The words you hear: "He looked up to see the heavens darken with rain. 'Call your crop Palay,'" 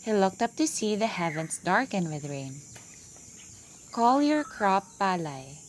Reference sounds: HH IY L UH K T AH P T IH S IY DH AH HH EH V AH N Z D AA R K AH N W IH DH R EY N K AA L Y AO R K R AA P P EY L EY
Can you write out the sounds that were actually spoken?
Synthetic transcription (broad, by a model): HH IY L UH K T AH P T IH S IY DH AH HH EH V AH N S D AA R K AH N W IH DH R EY N K AA L Y AO R K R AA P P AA L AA